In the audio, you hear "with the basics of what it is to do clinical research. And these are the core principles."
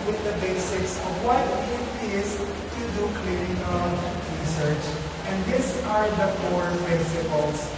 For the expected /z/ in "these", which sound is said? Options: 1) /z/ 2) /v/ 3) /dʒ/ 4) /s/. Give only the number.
4